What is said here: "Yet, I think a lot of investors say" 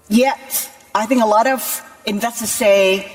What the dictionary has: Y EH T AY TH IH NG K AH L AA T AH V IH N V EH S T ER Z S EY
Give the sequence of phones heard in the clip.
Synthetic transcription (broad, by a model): Y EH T AY TH IH NG K AH L AA T AH V IH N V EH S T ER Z S EY